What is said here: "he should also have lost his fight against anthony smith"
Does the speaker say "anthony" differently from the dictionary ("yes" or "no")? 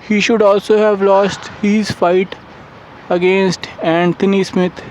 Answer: yes